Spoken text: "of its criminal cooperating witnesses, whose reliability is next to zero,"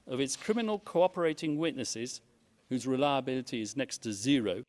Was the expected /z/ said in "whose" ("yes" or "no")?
yes